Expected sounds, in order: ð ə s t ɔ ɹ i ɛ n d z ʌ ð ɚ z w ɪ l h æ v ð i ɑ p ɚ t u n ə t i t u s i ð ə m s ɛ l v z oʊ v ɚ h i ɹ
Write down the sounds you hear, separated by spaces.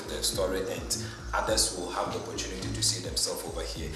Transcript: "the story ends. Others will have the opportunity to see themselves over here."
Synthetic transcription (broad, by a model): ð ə s t ɔ ɹ i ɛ n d ʌ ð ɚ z w ɪ l h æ v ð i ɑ p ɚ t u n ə t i t u s i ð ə m s ɛ l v oʊ v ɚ h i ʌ